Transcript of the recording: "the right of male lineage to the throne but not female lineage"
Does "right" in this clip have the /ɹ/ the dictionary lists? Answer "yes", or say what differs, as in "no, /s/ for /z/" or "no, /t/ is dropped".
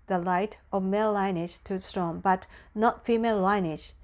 no, /l/ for /ɹ/